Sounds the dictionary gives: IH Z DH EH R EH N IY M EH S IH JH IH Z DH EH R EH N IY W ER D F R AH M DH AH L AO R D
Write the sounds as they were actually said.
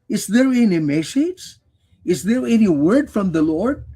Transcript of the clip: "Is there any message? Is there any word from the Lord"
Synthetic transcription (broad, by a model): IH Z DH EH R EH N IY M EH SH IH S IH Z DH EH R EH N IY W ER D F R AH M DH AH L AO R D